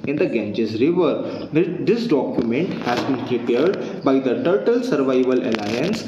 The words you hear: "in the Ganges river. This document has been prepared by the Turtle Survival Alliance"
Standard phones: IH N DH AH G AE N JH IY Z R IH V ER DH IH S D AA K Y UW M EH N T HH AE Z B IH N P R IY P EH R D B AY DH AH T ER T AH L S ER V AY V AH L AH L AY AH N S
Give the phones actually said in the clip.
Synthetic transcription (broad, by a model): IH N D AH G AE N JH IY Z R IH V ER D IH S D AA K Y UW M EH N T HH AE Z B IH N P R IY P EH R D B AY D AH T ER T AH L S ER V AY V AH L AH L AY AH N S